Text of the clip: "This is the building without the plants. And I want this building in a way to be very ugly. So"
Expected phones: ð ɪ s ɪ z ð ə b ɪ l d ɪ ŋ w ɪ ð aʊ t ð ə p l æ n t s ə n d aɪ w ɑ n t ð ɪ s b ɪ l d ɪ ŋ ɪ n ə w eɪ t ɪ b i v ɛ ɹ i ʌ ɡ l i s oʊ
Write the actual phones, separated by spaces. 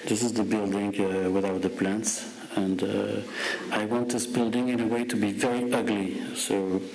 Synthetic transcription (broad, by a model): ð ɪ s ɪ z ð ə b ɪ l d ɪ ŋ w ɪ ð aʊ t ð ə p l æ n t s ə n d aɪ w ɑ n t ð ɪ s b ɪ l d ɪ ŋ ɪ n ə w eɪ t ɪ b i v ɛ ɹ i ʌ ɡ l i s oʊ